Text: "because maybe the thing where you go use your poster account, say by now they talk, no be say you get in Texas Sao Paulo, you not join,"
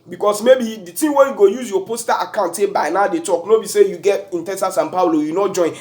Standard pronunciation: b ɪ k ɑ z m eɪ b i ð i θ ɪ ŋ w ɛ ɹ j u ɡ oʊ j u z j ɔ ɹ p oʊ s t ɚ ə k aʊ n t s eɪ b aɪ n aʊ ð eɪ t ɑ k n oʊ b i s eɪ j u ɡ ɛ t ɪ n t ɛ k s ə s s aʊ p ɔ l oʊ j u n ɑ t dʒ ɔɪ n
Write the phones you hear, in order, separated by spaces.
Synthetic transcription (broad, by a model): b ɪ k ɑ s m eɪ b i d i t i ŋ w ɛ j u ɡ oʊ j u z j ɔ p oʊ s t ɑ ə k aʊ n t s eɪ b aɪ n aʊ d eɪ t ɑ k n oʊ b i s eɪ j u ɡ ɛ t ɪ n t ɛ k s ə s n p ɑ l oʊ j u n ɑ t dʒ ɔɪ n